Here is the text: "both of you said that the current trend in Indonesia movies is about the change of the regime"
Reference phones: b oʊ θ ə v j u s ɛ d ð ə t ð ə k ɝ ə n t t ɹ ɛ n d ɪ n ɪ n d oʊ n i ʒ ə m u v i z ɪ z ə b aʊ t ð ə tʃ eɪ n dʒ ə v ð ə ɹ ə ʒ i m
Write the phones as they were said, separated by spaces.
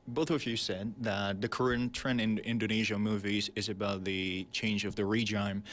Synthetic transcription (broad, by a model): b oʊ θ ə v j u s ɛ d ð ə t ð ə k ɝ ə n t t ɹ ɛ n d ɪ n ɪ n d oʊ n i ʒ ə m u v i z ɪ z ə b aʊ t ð ə tʃ eɪ n dʒ ə v ð ə ɹ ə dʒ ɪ m